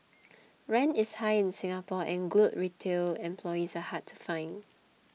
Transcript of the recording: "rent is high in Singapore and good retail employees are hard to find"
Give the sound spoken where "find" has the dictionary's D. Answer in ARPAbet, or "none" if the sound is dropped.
none